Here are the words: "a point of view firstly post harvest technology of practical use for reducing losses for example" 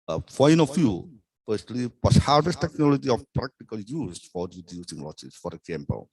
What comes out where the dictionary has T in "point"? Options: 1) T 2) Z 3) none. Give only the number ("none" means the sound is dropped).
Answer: 3